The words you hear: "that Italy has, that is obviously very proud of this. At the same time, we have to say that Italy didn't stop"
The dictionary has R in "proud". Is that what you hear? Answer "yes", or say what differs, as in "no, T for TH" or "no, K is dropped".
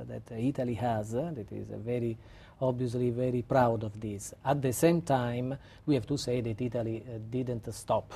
yes